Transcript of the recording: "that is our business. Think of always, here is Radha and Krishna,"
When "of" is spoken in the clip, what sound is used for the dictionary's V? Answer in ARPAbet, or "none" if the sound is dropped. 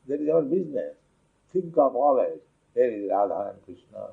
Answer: P